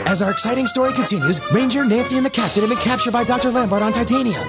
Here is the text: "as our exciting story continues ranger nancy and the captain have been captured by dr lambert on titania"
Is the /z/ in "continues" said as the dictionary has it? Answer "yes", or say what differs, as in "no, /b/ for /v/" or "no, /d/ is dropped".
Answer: yes